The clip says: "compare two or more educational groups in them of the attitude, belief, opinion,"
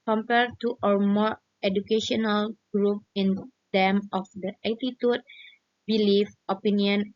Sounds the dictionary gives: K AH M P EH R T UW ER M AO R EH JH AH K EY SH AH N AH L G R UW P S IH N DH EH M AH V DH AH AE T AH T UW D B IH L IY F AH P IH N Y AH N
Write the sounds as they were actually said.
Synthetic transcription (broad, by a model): K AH M P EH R T UW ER M AO R EH JH AH K EY SH AH N AH L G R UW P IH N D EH M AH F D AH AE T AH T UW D B IH L IY F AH P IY N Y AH N